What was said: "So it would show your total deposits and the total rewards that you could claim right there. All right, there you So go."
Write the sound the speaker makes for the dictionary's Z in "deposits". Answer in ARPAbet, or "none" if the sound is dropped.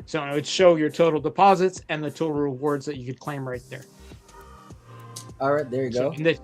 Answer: Z